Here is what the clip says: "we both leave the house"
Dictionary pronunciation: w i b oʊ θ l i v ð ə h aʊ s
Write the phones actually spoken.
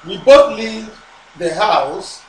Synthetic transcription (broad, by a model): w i b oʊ t l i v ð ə h aʊ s